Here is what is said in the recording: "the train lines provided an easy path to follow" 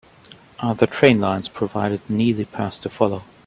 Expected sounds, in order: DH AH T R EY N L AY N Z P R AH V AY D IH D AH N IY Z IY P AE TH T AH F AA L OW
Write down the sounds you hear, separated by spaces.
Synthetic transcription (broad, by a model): DH AH T R EY N L AY N Z P R AH V AY D IH D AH N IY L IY P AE S T AH F AA L OW